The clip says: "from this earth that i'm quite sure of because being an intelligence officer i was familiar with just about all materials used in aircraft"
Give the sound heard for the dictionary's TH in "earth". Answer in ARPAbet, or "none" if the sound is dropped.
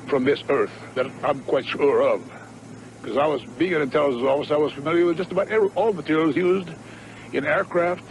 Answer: TH